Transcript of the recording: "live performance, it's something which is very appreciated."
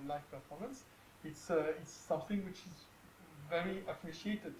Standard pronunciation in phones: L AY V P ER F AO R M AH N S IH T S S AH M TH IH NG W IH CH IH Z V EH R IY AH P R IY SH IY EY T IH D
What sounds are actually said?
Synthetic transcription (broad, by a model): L AY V P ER F AO M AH N S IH T S S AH M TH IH NG W IH CH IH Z V EH R IY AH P R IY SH IY EY T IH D